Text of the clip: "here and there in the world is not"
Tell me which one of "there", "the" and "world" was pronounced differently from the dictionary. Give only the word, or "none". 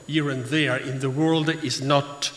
none